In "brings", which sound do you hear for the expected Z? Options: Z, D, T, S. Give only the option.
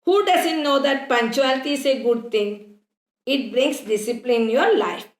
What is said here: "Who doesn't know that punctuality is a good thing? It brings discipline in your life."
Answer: S